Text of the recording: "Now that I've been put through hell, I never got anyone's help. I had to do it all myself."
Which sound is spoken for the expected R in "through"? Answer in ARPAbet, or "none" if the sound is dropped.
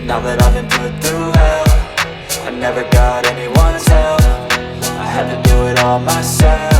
none